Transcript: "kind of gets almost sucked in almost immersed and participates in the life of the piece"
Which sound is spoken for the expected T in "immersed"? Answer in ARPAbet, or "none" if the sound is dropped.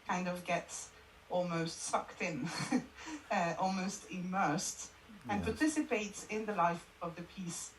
T